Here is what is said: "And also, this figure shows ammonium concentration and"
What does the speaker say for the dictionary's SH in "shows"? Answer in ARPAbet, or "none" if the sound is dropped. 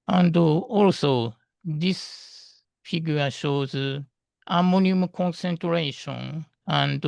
SH